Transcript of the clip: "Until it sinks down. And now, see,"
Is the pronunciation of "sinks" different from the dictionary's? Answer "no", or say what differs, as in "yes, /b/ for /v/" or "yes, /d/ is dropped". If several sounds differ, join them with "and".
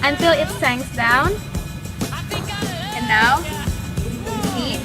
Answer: yes, /k/ is dropped